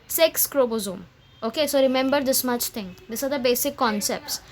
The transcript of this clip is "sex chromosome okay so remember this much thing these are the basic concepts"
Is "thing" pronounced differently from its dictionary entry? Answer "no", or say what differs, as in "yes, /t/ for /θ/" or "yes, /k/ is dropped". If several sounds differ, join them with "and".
yes, /t/ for /θ/